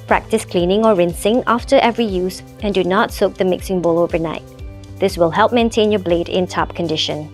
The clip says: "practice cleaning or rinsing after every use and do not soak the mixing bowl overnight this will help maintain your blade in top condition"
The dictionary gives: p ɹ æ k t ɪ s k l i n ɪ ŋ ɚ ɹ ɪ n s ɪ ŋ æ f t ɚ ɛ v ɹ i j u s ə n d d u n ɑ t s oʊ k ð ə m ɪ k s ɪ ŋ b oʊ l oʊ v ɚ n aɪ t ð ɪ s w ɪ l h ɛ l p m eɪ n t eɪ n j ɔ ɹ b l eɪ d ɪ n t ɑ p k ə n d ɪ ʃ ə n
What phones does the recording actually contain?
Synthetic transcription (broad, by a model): p ɹ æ k t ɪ s k l i n ɪ ŋ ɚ ɹ ɪ n s ɪ ŋ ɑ f t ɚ ɛ v ɹ i j u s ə n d d u n ɑ t s oʊ k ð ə m ɪ k s ɪ ŋ b oʊ l oʊ v ɚ n aɪ t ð ɪ s w ɪ l h ɛ l p m eɪ n t eɪ n j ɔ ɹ b l eɪ d ɪ n t ɑ p k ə n d ɪ ʃ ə n